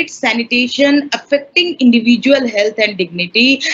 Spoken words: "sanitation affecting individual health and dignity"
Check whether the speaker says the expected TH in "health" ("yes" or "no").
no